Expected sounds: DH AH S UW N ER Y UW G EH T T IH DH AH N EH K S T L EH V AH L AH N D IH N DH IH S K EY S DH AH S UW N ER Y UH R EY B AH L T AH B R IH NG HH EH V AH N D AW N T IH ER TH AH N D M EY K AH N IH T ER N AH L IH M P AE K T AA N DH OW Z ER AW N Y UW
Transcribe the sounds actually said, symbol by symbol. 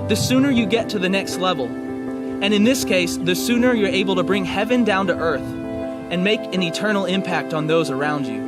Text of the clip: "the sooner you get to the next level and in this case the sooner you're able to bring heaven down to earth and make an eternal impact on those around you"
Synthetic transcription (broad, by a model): DH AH S UW N ER Y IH G EH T T IH DH AH N EH K S T L EH V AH L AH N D IH N DH IH S K EY S DH AH S UW N ER Y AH R EY B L T AH B R IH NG HH EH V AH N D AW N T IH ER TH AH N M EY K AH N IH T ER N L IH M P AE K T N DH OW Z ER AW N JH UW